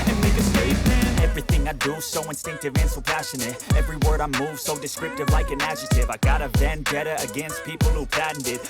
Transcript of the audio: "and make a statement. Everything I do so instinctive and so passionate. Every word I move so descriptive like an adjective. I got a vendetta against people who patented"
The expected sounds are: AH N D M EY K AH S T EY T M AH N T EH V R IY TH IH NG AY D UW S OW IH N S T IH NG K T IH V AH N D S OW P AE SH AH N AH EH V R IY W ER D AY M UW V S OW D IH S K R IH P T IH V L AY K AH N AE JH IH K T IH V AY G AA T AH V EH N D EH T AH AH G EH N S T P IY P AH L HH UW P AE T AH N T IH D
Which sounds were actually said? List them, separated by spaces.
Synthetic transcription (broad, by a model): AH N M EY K AH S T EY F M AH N EH V R IY TH IH NG AY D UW S OW IH N S T IH NG K T IH V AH N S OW P AE SH AH N AH EH V R IY W ER D AY M UW V S OW D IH S K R IH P T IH V L AY K AH N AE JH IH T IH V AY G AA T AH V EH N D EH T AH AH G EH N S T P IY P L HH UW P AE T N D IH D